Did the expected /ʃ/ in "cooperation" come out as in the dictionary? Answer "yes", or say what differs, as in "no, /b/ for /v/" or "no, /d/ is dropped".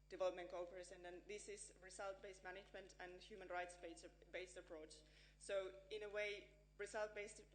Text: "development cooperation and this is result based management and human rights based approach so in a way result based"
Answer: no, /s/ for /ʃ/